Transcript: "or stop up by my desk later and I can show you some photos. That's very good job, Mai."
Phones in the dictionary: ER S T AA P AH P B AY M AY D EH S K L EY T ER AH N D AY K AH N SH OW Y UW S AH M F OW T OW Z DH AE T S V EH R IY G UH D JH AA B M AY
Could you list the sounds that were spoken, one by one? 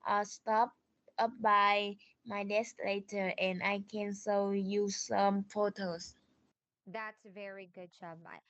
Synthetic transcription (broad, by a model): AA S T AA P AH P B AY M AY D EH S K L EY T ER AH N AY K AH N S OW Y UW S AH M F OW T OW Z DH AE T S V EH R IY G UH D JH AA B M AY